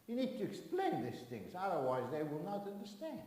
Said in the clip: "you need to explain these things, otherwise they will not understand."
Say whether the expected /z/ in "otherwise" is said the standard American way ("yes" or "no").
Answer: yes